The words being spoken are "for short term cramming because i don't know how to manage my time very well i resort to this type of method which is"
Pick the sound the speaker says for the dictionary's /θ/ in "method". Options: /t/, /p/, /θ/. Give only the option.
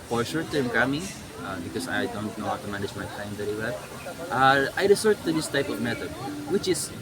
/t/